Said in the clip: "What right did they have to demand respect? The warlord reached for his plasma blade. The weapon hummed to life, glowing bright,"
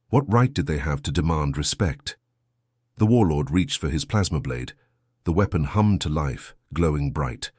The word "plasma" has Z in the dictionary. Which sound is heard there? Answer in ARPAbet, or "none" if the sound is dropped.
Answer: Z